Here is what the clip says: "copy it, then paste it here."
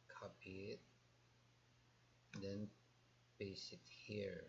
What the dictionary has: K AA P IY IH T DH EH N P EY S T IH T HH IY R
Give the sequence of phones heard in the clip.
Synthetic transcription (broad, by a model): K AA P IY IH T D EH N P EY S IH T HH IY R